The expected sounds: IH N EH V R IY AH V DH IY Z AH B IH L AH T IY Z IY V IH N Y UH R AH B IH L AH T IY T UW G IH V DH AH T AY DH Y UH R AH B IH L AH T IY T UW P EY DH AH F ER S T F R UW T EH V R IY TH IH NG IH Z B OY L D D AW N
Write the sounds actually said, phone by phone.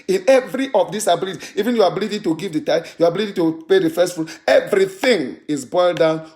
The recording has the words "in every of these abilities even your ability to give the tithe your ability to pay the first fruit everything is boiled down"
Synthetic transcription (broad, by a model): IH N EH V R IY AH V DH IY S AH B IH L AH T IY IY V IH N Y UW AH B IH L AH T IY T UW G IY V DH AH T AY Y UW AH B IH L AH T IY T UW P EY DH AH F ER S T F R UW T EH V R IY TH IH NG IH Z B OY L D D AW N